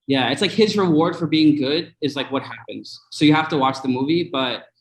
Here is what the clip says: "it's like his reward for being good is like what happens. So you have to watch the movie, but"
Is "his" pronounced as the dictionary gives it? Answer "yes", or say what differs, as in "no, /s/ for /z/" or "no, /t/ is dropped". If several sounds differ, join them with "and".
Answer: yes